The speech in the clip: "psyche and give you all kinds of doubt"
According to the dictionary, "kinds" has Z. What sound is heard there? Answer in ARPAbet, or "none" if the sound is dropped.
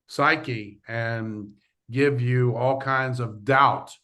Z